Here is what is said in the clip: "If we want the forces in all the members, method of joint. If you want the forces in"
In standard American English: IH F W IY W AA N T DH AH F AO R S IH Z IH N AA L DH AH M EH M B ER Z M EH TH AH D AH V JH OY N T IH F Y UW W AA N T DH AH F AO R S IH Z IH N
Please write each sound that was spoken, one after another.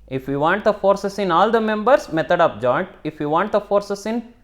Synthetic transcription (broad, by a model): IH F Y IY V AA N T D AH F AO R S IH S IH N AA L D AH M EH M B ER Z M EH T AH D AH P JH OY N T IH F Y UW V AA N T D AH F AO R S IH S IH N